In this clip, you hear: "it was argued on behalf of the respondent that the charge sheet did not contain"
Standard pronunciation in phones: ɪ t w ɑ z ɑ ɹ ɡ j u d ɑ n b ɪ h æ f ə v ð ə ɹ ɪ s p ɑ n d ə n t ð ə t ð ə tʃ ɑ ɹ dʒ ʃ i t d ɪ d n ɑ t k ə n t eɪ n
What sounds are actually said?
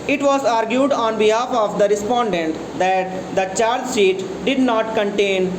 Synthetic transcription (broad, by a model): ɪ t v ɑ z ɑ ɹ ɡ j u d ɑ n b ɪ h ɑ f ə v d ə ɹ ɪ s p ɑ n d ə n t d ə t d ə tʃ ɑ ɹ dʒ s i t d ɪ d n ɑ t k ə n t eɪ n